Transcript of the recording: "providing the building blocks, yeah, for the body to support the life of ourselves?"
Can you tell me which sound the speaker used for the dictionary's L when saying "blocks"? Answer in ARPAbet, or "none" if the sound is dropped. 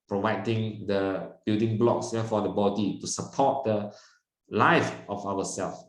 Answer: L